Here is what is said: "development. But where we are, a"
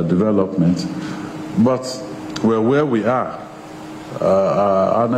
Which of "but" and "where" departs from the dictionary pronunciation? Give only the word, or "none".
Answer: where